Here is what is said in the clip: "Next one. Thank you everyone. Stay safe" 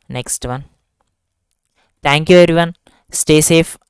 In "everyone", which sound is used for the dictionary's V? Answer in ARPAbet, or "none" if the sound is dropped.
none